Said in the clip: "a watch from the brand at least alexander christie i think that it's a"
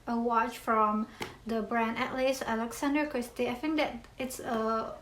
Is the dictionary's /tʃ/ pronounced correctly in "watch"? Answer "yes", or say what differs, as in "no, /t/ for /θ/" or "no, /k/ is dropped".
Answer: yes